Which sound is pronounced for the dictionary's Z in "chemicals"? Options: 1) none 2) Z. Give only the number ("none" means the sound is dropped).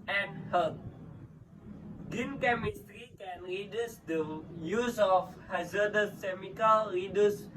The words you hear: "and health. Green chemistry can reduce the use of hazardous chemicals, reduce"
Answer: 1